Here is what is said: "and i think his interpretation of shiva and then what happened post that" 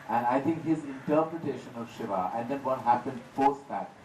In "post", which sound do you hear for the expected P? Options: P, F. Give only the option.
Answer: F